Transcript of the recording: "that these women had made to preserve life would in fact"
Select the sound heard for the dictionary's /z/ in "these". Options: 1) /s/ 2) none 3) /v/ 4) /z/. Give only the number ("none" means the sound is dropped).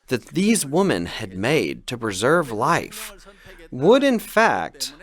4